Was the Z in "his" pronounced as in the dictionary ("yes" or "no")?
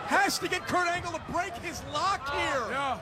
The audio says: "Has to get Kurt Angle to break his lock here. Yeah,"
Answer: yes